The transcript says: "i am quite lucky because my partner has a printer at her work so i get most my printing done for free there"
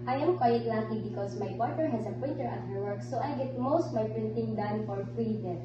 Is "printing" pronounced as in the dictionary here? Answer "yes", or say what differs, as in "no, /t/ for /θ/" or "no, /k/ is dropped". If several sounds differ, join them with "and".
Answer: yes